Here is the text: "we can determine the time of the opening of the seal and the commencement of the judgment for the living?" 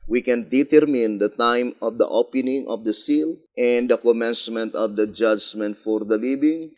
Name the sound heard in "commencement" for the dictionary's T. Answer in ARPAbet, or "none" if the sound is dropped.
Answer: T